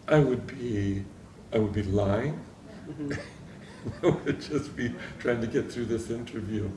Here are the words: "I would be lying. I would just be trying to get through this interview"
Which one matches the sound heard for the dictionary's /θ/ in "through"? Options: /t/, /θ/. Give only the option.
/θ/